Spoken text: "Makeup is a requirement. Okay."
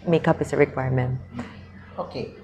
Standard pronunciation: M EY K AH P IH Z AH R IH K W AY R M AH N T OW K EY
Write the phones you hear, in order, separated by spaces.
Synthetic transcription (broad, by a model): M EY K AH P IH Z AH R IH K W AY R M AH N OW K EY